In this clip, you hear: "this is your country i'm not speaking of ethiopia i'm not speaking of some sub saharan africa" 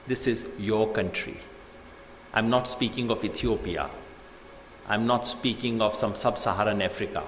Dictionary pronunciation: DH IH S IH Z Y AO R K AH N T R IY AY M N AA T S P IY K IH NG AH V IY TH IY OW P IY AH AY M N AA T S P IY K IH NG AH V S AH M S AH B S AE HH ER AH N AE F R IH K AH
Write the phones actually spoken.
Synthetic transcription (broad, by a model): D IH S IH Z Y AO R K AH N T R IY AY M N AA T S P IY K IH NG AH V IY T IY OW P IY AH AY M N AA T S P IY K IH NG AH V S AH M S AH B S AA HH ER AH N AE F R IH K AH